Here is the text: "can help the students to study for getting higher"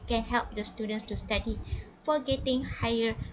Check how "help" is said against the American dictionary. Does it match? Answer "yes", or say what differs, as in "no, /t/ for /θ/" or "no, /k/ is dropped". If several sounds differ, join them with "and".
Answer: yes